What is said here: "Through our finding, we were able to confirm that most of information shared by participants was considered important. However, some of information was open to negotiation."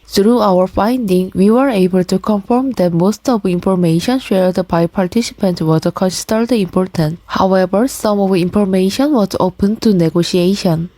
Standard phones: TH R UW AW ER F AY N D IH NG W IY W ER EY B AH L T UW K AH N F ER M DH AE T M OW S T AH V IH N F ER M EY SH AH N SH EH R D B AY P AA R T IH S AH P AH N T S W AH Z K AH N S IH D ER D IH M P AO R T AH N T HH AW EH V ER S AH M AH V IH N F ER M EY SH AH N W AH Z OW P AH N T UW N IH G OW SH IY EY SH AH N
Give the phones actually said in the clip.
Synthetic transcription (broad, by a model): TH R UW AW ER F AY N D IH NG W IY W ER EY B AH L T UW K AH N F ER M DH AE T M OW S T AH V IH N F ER M EY SH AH N SH EH R D B AY P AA R T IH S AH P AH N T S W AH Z K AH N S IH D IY IH M P AO R T AH N T HH AW EH V ER S AH M AH V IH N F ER M EY SH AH N W AH Z OW P AH N T UW N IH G OW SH IY EY SH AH N